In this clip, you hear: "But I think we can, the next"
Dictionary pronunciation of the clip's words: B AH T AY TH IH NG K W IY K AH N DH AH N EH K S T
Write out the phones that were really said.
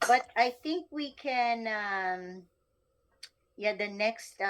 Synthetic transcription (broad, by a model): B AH T AY TH IH NG K W IY K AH N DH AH N EH K S T